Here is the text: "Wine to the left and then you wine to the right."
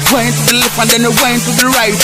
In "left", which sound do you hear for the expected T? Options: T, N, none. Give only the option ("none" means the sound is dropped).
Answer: none